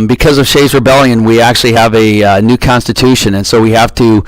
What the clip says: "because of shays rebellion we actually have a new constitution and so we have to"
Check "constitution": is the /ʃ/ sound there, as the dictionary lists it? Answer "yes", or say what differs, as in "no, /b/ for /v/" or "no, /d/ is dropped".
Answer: yes